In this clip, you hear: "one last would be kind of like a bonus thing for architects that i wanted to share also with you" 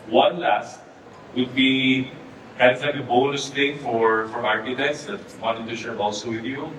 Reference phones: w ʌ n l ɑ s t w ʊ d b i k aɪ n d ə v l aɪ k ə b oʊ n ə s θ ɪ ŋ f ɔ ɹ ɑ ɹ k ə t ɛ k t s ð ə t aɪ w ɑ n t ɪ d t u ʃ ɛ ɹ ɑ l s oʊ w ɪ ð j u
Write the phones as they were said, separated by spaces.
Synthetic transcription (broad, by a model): w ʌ n l ɑ s t w ʊ d b i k aɪ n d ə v l aɪ k ə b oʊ l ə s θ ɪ ŋ f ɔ ɹ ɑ ɹ ə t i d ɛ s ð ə t w ɑ n t ɪ d t u ʃ ɛ ɹ ɑ l s oʊ w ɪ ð j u